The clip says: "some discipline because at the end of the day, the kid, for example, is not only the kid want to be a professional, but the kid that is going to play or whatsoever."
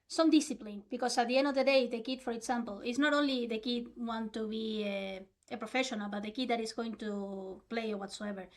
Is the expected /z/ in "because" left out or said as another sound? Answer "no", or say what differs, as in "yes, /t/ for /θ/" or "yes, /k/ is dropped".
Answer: yes, /s/ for /z/